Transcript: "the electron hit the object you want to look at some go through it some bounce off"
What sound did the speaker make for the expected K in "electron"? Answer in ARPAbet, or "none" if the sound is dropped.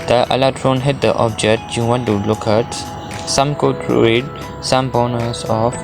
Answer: none